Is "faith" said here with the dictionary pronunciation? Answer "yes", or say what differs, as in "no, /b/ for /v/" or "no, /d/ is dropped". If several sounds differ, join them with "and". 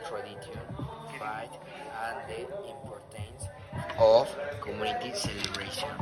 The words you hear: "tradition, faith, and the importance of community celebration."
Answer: no, /t/ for /θ/